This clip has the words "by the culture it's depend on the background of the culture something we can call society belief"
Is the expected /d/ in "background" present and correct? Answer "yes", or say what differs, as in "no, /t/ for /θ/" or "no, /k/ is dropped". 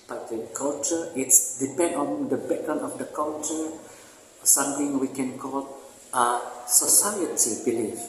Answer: no, /d/ is dropped